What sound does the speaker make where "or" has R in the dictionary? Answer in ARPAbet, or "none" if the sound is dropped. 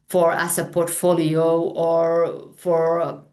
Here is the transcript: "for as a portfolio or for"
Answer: R